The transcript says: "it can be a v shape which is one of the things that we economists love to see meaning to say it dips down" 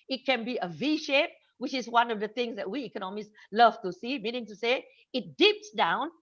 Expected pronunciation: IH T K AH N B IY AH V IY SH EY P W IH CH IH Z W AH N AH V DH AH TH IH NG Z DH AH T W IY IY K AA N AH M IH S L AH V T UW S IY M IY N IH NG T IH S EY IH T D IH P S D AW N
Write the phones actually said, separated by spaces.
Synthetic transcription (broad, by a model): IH T K AH N B IY AH V IY SH EY P W IH CH IH Z W AH N AH V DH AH TH IH NG Z DH AH T W IY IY K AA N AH M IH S L AH V T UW S IY M IY N IH NG T IH S EY IH T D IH P S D AW N